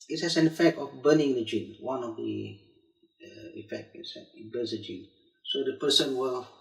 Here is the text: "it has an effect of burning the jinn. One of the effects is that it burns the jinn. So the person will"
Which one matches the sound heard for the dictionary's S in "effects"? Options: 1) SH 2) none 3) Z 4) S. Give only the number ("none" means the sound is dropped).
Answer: 2